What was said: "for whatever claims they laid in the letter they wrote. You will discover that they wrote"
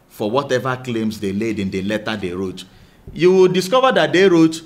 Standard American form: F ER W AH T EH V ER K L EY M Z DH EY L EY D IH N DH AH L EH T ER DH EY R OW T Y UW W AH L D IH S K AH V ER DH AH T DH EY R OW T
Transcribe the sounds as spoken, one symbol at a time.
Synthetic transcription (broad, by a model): F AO W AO T EH V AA K L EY M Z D EY L EY D IH N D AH L EH T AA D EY R OW T Y UW W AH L D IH S K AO V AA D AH T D EY R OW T